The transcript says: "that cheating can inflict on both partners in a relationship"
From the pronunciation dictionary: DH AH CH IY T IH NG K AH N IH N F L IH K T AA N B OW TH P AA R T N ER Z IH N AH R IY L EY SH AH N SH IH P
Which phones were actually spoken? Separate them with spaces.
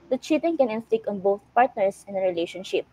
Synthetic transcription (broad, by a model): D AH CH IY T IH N K AH N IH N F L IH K AA N B OW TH P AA R T N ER S IH N AH R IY L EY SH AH N SH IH P